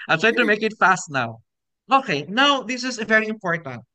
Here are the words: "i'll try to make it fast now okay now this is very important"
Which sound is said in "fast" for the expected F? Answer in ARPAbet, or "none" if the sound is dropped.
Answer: F